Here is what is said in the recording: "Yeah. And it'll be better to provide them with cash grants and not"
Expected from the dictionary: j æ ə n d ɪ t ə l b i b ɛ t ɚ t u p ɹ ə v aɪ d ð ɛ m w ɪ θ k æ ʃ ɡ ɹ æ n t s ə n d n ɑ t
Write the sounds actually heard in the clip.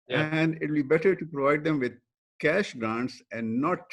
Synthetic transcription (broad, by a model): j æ ə n d ɪ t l b i b ɛ t ɚ t u p ɹ ə v aɪ d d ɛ m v ɪ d k æ ʃ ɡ ɹ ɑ n t s ə n d n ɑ t